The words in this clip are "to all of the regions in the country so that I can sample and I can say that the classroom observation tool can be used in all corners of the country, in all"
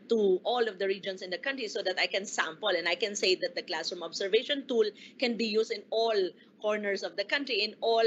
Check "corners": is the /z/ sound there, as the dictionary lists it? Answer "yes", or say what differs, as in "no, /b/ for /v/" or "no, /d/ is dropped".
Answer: no, /s/ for /z/